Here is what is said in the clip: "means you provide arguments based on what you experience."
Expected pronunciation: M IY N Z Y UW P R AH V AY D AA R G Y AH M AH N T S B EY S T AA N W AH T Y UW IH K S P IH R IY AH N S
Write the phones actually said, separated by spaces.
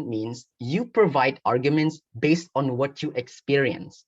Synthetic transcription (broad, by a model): M IY N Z Y UW P R AH V AY D AA R G Y AH M AH N T S B EY S T AA N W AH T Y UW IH K S P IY R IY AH N S